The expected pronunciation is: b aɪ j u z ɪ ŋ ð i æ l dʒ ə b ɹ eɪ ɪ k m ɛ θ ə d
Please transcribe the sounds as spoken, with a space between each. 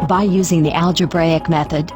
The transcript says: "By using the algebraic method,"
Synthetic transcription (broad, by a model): b aɪ j u z ɪ ŋ ð i æ l dʒ ə b ɹ eɪ ɪ k m ɛ θ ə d